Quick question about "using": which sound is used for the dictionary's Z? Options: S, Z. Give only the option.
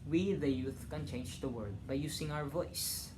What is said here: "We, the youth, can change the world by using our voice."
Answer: S